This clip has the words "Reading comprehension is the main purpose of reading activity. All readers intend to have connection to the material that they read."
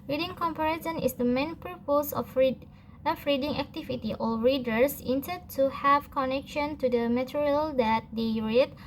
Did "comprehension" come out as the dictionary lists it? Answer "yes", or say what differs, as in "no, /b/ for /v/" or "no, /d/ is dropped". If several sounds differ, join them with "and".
no, /ɹ/ is dropped